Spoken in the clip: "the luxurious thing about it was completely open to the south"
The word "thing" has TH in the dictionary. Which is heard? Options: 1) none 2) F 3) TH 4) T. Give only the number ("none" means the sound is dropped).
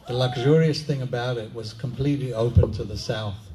3